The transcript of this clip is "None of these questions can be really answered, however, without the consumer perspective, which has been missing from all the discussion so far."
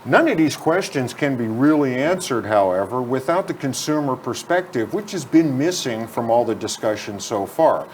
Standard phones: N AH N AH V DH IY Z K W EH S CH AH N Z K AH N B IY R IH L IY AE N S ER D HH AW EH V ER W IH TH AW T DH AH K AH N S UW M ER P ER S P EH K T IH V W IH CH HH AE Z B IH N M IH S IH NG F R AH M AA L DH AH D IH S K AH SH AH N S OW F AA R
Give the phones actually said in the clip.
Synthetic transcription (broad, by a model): N AH N AH V DH IY Z K W EH S CH AH N Z K AH N B IY R IH L IY AE N S ER D HH AW EH V ER W IH TH AW T DH AH K AH N S UW M ER P ER S P EH K T IH V W IH CH HH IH Z B IH N M IH S IH NG F R AH M AA L DH AH D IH S K AH SH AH N S OW F AA R